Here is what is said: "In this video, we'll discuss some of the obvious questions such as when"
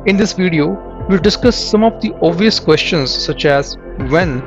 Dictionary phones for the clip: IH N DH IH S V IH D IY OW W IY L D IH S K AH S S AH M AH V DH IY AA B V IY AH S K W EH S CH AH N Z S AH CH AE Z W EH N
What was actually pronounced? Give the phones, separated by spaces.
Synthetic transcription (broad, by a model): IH N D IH S V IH D IY OW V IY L D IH S K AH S S AH M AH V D IY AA V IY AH S K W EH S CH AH N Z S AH CH AE Z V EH N